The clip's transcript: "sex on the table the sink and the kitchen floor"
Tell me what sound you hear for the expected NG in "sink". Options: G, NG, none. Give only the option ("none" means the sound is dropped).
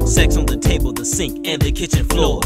NG